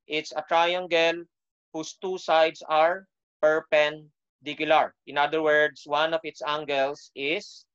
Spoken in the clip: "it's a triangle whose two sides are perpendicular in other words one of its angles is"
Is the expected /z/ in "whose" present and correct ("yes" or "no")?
no